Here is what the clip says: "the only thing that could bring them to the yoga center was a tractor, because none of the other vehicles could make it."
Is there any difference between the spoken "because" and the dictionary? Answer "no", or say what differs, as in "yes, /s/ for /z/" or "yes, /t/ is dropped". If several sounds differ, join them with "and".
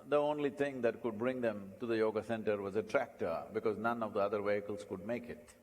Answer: no